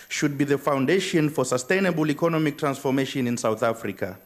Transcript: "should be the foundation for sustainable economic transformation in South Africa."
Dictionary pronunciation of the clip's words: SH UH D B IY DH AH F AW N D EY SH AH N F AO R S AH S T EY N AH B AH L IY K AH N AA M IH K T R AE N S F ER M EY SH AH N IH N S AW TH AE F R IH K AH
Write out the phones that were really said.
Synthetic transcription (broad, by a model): SH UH D B IY DH AH F AW N D EY SH AH N F AO R S AH S T EY N AH B AH L IY K AH N AA M IH K T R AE N S F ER M EY SH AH N IH N S AW TH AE F R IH K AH